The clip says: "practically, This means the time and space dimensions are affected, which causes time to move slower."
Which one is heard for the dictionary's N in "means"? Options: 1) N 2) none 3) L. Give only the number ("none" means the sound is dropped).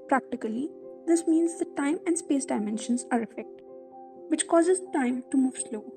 1